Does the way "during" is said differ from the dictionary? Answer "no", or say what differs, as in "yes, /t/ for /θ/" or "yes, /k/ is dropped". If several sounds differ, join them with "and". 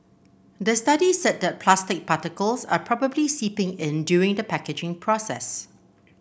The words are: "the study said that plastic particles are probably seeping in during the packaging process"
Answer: yes, /ɹ/ is dropped